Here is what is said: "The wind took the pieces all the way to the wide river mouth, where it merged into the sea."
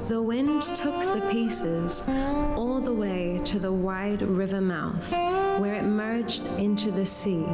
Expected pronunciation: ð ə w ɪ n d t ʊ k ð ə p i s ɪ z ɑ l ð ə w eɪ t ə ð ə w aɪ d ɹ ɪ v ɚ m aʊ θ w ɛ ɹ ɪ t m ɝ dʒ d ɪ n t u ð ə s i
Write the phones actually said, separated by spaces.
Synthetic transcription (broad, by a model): ð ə w ɪ n t ʊ k ð ə p i s ɪ z ɑ l ð ə w eɪ t ə ð ə w aɪ d ɹ ɪ v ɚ m aʊ θ w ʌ ɹ ɪ t m ɝ dʒ d ɪ n t u ð ə s i